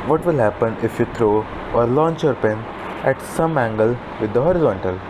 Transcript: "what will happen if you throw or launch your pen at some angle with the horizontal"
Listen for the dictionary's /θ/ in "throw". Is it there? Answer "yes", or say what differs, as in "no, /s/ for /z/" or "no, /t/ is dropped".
no, /t/ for /θ/